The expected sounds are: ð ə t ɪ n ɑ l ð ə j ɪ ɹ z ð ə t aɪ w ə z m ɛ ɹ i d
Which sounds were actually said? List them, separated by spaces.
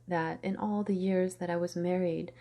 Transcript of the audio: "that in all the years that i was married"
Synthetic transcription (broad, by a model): ð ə t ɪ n ɑ l ð ə j ɪ ɹ z ð ə t aɪ w ə z m ɛ ɹ i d